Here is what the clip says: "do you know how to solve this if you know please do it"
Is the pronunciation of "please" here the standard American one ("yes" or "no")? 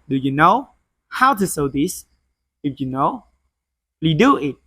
no